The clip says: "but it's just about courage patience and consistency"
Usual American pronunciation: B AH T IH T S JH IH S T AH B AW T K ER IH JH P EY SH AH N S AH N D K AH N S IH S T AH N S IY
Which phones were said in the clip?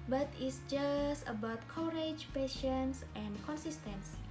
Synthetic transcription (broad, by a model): B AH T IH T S JH IH S T AH B AW T K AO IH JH P EY SH AH N S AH N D K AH N S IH S T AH N S